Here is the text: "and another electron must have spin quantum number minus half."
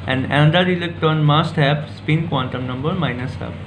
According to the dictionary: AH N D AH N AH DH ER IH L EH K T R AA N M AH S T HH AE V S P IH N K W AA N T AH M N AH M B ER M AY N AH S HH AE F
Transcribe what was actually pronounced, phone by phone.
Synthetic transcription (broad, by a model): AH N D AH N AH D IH L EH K T AA N M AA S T HH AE P S P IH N K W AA N T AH M N AH M B ER M AY N AH S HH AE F